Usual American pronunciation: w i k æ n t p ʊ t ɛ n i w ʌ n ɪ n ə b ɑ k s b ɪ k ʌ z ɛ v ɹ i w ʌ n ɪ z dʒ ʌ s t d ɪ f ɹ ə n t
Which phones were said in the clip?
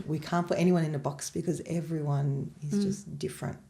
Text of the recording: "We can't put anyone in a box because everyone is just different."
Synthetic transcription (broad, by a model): w i k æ n p ʊ t ɛ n i w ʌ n ɪ n ə b ɑ k s b ɪ k ʌ z ɛ v ɹ i w ʌ n ɪ z dʒ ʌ s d ɪ f ɹ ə n t